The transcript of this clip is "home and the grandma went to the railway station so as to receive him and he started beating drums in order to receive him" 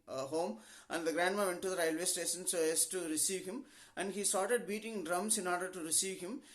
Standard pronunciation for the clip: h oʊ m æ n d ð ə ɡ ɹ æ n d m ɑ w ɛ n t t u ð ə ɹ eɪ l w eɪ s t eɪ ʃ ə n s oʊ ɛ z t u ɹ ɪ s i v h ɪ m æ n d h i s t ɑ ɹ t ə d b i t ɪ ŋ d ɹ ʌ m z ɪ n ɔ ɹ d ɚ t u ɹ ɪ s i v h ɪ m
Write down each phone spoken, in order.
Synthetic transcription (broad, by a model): h oʊ m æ n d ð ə ɡ ɹ æ n d m ɑ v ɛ n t t u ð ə ɹ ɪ l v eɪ s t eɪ s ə n s oʊ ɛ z t u ɹ ɪ s i v h ɪ m æ n d h i s t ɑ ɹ t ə d b i t ɪ ŋ d ɹ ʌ m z ɪ n ɔ ɹ d ɚ t u ɹ ɪ s i v h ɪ m